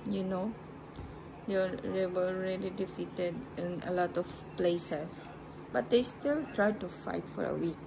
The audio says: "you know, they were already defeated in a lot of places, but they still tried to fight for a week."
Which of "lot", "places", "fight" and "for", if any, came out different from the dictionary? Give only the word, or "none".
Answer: places